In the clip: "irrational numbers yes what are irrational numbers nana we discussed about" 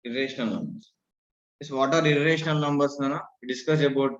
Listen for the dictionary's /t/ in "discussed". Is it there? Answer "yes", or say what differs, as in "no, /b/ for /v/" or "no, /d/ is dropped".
no, /t/ is dropped